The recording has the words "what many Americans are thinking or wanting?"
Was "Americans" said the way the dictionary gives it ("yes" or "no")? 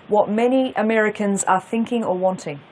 yes